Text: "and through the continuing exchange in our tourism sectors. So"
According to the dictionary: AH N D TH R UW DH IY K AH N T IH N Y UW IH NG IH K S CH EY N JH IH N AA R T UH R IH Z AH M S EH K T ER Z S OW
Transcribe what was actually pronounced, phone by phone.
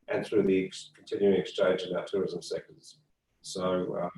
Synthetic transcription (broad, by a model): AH N TH R UW DH IY K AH N T IH N Y UW IH NG IH K S CH EY N JH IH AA T UH R IH Z AH M S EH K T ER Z S OW